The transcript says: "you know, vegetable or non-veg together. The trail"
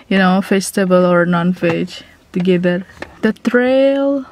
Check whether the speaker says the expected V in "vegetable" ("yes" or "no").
no